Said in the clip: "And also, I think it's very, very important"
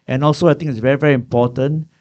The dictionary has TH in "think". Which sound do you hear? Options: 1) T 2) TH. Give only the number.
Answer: 1